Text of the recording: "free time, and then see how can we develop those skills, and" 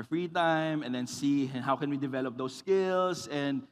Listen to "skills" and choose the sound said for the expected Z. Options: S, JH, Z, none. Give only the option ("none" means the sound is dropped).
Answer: S